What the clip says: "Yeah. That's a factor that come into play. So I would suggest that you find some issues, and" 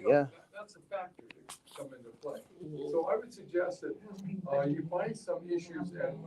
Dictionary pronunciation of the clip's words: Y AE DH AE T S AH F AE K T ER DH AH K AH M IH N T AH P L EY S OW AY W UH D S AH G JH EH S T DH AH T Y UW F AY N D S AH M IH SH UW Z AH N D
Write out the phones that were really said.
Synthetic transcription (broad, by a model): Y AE DH AE T S AH F AE K T ER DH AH K AH M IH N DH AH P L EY S OW AY W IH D S AH G JH EH S T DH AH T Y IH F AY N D S AH M IH SH UW Z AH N